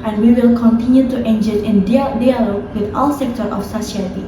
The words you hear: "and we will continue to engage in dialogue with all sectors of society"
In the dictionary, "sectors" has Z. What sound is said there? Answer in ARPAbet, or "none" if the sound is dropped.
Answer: none